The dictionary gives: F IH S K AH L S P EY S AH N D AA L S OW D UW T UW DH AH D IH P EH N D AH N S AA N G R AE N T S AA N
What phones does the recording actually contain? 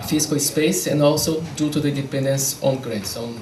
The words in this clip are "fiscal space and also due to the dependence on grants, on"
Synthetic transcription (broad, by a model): F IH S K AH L S P EY S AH N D AA L S OW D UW T UW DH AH D IH P EH N D AH N S AA N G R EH T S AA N